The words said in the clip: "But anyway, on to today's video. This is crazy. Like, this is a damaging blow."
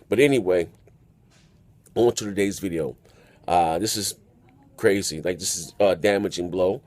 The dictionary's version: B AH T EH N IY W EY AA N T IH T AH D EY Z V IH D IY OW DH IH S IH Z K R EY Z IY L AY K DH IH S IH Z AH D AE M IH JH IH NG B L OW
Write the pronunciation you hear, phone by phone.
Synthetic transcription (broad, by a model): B AH T EH N IY W EY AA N T IH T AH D EY Z V IH D IY OW DH IH S IH Z K R EY Z IY L AY K DH IH S IH Z AH D AE M IH JH IH NG B L OW